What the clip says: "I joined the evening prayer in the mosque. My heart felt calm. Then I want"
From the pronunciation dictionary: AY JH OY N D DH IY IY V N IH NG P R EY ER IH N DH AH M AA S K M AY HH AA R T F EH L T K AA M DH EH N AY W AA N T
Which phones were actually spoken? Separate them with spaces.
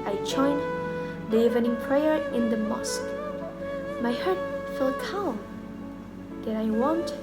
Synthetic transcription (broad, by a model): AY CH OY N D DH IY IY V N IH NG P R EY ER IH N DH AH M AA S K M AY HH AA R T F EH L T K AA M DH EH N AY W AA N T